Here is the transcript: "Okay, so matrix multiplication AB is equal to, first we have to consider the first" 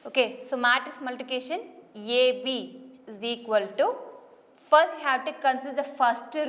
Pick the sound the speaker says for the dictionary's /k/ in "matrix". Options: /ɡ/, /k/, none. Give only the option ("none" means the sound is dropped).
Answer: none